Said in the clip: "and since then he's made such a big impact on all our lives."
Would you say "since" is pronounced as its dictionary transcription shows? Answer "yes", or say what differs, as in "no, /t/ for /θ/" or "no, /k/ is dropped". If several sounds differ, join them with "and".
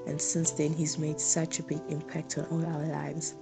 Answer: yes